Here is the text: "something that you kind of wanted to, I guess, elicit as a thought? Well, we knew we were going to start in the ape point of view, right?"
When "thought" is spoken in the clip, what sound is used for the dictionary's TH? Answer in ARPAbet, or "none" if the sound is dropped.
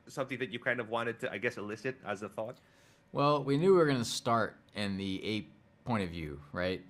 TH